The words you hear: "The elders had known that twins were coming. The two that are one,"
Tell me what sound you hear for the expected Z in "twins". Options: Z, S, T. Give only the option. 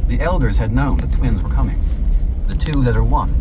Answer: Z